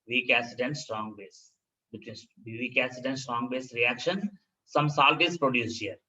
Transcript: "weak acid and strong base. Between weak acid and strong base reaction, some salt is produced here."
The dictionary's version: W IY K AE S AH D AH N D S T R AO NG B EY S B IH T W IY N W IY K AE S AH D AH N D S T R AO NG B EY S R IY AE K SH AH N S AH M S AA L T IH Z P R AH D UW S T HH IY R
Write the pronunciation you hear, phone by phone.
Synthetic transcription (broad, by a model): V IY K AE S AH D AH N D S T R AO NG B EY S B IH T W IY N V IY K AE S AH D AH N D S T R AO NG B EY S R IY AE K SH AH N S AH M S AA L T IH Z P R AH D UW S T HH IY R